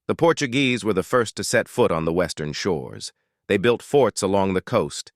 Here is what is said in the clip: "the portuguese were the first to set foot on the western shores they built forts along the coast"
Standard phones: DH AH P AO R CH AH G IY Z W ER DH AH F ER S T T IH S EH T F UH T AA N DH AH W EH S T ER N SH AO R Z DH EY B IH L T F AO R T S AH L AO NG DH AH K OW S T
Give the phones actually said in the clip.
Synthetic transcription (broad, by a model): DH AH P AO R CH AH G IY Z W ER DH AH F ER S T T IH S EH T F UH T N DH AH W EH S T ER N SH AO R Z DH EY B IH L T F AO R T S AH L AO NG DH AH K OW S T